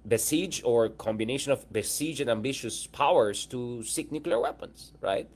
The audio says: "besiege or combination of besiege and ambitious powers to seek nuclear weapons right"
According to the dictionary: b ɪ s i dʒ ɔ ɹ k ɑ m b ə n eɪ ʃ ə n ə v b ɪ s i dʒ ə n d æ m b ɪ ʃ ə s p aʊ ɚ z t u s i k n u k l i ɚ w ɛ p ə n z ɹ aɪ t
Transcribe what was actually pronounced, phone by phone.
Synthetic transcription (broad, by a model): b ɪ s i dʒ ɔ ɹ k ɑ m b ə n eɪ ʃ ə n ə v b ɪ s i dʒ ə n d æ m b ɪ ʃ ə s p aʊ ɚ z t u s i k n u k l i ɚ w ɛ p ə n s ɹ aɪ t